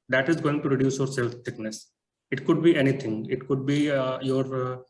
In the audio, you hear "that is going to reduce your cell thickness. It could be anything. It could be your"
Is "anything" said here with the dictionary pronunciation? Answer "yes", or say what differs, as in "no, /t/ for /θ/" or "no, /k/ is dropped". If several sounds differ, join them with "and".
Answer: no, /t/ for /θ/